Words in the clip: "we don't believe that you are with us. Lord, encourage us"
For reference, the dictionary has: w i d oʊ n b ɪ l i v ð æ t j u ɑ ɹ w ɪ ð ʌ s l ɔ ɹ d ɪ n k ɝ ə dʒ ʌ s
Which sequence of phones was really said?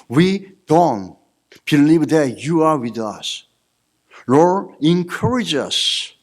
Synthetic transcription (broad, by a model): w i d oʊ n b ɪ l i v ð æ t j u ɑ ɹ w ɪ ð ʌ s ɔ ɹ ɪ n k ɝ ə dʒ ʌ s